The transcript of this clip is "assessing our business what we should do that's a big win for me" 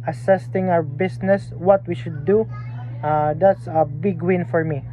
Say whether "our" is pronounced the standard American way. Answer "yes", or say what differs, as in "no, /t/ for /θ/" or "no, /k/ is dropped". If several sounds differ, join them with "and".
no, /w/ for /ɹ/